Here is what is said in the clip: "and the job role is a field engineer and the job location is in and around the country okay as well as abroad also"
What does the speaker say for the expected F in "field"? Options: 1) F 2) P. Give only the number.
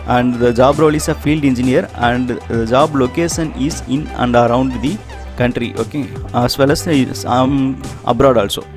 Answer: 1